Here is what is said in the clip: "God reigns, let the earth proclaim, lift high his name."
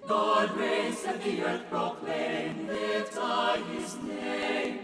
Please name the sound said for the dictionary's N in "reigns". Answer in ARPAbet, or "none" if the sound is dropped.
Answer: none